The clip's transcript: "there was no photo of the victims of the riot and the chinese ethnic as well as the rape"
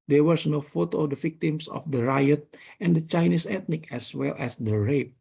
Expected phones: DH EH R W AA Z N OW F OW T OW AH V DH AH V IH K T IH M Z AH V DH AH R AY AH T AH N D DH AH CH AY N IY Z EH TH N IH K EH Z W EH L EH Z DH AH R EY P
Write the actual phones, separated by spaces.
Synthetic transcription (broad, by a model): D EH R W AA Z N OW F OW T OW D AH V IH K T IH M S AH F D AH R AY AH T AH N D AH CH AY N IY S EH T N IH K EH S W EH L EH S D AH R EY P